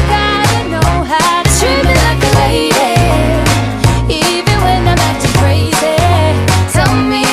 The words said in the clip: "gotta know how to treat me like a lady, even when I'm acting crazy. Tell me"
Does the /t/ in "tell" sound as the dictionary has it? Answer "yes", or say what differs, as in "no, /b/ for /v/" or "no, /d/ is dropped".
no, /s/ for /t/